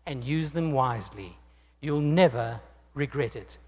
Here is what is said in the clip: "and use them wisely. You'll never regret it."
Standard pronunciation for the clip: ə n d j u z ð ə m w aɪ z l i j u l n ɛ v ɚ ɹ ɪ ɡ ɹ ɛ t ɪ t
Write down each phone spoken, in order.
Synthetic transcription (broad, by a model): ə n j u z ð ə m w aɪ z l i j u l n ɛ v ɚ ɹ ɪ ɡ ɹ ɛ t ɪ t